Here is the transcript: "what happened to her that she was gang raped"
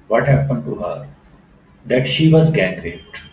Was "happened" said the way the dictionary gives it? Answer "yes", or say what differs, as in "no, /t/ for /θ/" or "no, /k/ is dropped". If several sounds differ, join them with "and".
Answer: yes